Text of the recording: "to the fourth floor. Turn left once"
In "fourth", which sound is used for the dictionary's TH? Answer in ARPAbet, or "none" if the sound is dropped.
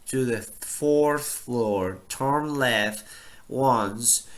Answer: TH